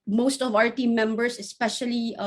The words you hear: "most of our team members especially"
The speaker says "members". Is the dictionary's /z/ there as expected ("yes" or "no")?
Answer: no